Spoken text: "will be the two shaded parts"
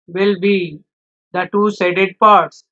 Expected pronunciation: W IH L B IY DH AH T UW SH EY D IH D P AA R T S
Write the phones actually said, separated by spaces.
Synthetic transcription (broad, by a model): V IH L B IY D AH T UW S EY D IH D P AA R T S